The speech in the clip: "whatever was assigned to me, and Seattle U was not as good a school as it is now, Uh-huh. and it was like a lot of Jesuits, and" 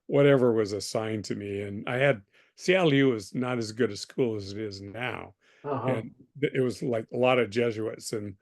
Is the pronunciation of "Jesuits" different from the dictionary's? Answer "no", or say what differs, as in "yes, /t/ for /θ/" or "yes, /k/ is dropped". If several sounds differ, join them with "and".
no